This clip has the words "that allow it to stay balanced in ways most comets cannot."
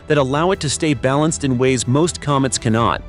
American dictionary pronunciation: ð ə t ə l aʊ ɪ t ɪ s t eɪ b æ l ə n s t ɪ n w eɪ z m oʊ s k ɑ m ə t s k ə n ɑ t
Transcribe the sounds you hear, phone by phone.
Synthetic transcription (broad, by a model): ð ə t ə l aʊ ɪ t ɪ s t eɪ b æ l ə n s t ɪ n w eɪ z m oʊ s k ɑ m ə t s k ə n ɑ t